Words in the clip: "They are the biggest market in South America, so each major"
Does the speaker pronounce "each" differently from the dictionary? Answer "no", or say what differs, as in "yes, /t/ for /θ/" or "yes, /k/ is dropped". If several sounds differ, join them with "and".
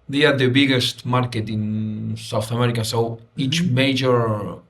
no